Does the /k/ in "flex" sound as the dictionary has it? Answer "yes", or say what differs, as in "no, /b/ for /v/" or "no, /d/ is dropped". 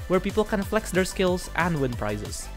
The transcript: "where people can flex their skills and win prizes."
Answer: yes